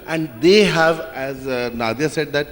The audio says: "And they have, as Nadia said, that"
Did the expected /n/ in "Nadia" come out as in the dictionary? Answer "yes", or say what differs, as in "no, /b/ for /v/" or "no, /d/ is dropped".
yes